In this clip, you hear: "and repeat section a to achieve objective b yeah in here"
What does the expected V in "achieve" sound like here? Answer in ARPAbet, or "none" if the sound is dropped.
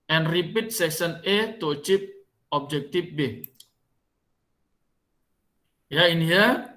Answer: P